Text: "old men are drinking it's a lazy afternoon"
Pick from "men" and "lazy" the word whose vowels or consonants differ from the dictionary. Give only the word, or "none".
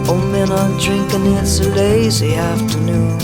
none